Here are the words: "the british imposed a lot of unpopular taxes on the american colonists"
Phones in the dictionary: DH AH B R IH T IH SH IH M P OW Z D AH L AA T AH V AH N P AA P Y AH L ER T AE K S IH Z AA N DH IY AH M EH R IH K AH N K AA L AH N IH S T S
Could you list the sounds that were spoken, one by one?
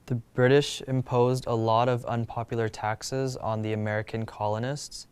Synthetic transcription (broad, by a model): DH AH B R IH T IH SH IH M P OW Z D AH L AA T AH V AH N P AA P Y L ER T AE K S IH Z N DH IY AH M EH R IH K AH N K AA L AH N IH S T S